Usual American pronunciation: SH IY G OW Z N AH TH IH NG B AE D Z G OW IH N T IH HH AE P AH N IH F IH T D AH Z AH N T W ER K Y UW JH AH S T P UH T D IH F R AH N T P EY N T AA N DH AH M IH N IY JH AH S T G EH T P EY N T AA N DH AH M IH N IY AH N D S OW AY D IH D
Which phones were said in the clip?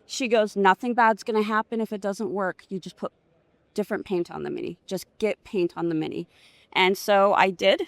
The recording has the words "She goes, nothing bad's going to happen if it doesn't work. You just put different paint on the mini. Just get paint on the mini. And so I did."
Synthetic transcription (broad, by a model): SH IY G OW Z N AH TH IH NG B AE D Z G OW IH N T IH HH AE P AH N IH F IH T D AH Z AH N T W ER K Y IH JH AH S P UH T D IH F R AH N P EY N T N DH AH M IH N IY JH AH S G EH T P EY N T N DH AH M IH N IY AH N S OW AY D IH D